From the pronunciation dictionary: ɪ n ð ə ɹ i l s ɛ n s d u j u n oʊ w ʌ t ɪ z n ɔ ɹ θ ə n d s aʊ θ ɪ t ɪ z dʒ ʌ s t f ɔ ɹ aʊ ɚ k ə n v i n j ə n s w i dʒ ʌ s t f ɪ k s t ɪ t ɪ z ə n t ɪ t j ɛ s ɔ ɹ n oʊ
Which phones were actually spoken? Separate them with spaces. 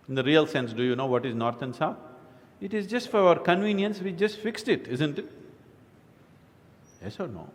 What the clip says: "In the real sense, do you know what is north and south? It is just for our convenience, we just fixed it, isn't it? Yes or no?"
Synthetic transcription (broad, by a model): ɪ n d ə ɹ i l s ɛ n s d u j u n oʊ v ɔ t ɪ z n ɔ ɹ t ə n s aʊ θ ɪ t ɪ z dʒ ʌ s t f ɔ ɹ aʊ ɚ k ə n v i n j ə n s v i dʒ ʌ s t f ɪ k s t ɪ t ɪ z ə n t ɪ t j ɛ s ɔ ɹ n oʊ